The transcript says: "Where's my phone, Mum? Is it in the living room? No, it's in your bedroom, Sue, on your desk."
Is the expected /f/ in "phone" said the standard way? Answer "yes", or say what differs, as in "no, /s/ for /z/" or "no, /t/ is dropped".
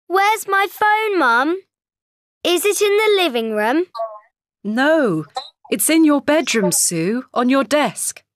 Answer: yes